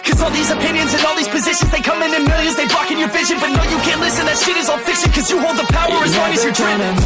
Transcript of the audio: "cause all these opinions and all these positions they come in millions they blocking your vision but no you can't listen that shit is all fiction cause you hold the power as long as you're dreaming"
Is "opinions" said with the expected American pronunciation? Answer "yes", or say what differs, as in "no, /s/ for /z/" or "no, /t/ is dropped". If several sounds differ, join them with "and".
yes